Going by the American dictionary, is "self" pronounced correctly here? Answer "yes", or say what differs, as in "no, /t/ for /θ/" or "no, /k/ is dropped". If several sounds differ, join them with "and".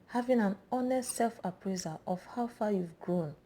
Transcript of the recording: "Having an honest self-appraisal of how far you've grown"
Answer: yes